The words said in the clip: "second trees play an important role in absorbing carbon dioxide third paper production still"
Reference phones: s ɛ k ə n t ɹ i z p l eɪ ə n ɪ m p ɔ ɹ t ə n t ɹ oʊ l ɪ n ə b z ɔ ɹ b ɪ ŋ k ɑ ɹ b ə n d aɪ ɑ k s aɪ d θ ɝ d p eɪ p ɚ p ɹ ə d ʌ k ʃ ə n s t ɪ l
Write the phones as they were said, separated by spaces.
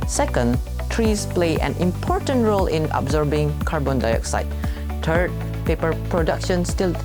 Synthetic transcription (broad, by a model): s ɛ k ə n t ɹ i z p l eɪ ə n ɪ m p ɔ ɹ t ə n t ɹ oʊ l ɪ n ə b z ɔ ɹ b ɪ ŋ k ɑ ɹ b ə n d aɪ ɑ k s aɪ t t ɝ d p eɪ p ɚ p ɹ ə d ʌ k ʃ ə n s t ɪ l